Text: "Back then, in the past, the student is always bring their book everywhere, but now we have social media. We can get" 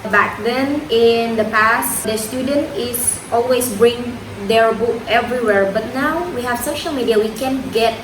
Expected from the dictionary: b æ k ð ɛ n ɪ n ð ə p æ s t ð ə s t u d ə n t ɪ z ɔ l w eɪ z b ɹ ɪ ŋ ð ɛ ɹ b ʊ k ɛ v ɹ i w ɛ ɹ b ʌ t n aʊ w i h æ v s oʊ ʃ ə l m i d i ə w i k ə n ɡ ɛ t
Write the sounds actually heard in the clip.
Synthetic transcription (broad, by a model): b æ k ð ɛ n ɪ n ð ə p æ s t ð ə s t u d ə n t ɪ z ɔ l w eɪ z b ɹ ɪ ŋ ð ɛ ɹ b ʊ k ɛ v ɹ i w ɛ ɹ b ʌ t n aʊ w i h æ v s oʊ ʃ ə l m i d i ə w i k ə n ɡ ɛ t